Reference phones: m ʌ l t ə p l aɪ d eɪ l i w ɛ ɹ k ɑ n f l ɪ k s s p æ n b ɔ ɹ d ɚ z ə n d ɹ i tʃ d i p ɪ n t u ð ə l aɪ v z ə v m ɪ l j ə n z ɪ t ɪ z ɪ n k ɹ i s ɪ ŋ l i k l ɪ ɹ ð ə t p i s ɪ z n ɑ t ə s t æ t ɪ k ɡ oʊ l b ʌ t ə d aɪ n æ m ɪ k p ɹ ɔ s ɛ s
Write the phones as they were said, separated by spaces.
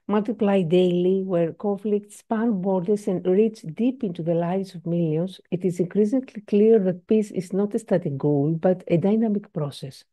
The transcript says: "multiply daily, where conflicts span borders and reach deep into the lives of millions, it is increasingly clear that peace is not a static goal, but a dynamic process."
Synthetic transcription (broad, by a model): m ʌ l t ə p l aɪ d eɪ l i w ɛ ɹ k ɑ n f l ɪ k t s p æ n b ɔ ɹ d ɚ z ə n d ɹ i tʃ d i p ɪ n t u ð ə l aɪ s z ə v m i l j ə n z ɪ t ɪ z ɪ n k ɹ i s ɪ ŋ l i k l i ɹ ð ə t p i s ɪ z n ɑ t ə s t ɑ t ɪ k ɡ oʊ l b ʌ t ə d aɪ n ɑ m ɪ k p ɹ ɔ s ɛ s